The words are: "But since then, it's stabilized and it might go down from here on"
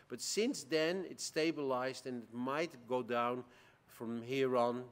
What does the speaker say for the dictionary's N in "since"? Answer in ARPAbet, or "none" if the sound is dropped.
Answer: N